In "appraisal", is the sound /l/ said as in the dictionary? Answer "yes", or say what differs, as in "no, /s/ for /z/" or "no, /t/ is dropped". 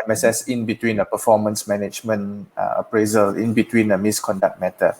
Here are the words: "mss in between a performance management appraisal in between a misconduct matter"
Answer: yes